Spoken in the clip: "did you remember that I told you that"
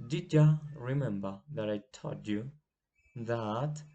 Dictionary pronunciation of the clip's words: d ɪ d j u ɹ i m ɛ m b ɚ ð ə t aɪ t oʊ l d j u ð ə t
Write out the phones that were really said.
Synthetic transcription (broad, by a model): d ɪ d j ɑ ɹ i m ɛ m b ɚ ð ə t aɪ t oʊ d j u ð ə t